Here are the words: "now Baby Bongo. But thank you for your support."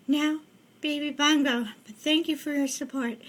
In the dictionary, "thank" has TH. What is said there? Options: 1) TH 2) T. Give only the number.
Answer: 1